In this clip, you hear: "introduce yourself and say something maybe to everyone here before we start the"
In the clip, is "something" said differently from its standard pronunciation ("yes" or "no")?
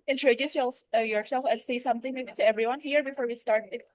no